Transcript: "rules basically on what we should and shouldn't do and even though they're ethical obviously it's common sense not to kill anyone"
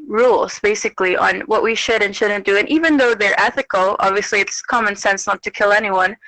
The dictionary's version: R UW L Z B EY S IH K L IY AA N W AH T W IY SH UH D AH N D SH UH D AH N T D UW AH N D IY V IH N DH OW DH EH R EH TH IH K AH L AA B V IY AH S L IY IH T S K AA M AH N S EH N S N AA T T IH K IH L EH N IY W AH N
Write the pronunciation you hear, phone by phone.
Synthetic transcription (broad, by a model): R UW L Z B EY S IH K L IY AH N W AH T W IY SH UH D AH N SH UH D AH N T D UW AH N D IY V IH N DH OW DH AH R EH TH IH K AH L AA B V IY AH S L IY IH T S K AA M AH N S EH N S N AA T T IH K IH L EH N IY W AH N